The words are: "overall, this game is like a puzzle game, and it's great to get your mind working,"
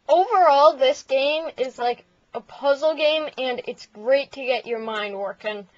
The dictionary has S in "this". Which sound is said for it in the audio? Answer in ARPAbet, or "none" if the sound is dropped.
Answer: S